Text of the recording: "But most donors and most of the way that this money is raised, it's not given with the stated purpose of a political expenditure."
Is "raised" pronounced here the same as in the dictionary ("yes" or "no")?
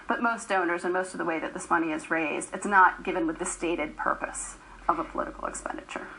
yes